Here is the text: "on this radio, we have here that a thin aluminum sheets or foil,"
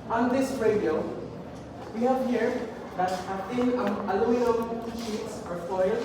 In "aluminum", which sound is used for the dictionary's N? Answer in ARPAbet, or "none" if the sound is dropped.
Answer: none